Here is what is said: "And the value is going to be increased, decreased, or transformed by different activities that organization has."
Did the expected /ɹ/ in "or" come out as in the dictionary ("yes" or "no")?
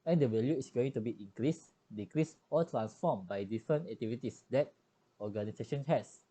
no